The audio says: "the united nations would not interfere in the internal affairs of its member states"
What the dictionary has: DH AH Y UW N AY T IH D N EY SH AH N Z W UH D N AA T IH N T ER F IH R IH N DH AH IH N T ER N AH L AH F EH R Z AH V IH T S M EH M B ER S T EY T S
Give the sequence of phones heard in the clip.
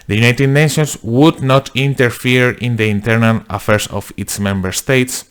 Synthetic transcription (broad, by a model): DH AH Y UW N AY T IH D N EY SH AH N S W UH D N AA T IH N T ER F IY R IH N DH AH IH N T ER N AH L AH F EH R S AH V IH T S M EH M B ER S T EY T S